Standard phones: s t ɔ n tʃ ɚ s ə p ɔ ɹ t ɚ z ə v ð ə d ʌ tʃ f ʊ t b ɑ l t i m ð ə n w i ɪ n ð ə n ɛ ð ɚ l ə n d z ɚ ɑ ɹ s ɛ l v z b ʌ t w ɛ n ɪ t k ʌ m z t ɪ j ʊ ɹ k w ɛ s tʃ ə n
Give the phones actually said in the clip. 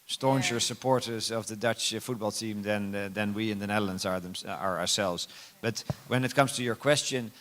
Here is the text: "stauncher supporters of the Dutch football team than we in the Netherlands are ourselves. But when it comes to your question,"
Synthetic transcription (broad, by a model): s t ɔ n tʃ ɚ s ə p ɔ ɹ t ɚ z ə v ð ə d ʌ tʃ f ʊ t b ɑ l t i m ð ə n w i ɪ n ð ə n ɛ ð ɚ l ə n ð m ɚ ɑ ɹ s ɛ l v z b ʌ t w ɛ n ɪ t k ʌ m z t ɪ j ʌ ɹ k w ɛ s tʃ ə n